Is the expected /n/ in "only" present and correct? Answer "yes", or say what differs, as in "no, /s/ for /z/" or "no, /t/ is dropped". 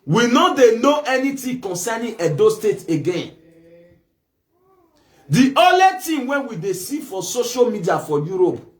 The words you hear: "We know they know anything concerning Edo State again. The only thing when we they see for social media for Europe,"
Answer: no, /n/ is dropped